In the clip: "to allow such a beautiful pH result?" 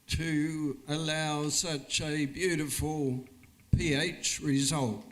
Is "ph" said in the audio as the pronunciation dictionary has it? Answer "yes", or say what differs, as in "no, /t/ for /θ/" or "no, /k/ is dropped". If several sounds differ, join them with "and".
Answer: yes